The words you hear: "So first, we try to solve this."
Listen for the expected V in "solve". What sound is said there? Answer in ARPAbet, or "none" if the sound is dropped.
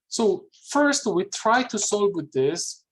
W